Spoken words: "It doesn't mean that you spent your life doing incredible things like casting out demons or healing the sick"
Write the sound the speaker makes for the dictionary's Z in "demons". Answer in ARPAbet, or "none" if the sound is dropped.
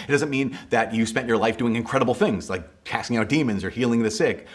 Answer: Z